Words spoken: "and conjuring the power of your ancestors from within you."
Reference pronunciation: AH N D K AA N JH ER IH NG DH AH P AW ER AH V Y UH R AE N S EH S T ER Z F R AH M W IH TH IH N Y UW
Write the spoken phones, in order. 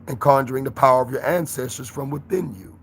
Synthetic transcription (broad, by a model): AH N K AA N JH ER IH NG DH AH P AW ER AH V Y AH R AE N S EH S T ER Z F R AH M W IH TH IH N Y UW